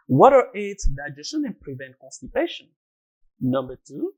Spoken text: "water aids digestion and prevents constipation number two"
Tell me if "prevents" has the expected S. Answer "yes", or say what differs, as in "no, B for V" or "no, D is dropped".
no, S is dropped